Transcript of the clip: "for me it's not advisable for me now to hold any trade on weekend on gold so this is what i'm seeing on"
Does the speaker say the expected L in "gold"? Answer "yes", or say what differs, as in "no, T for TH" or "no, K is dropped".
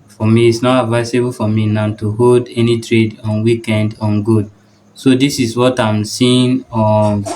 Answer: no, L is dropped